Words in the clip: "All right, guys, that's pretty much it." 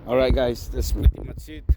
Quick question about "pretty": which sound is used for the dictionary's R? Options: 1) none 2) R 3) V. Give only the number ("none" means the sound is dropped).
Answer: 1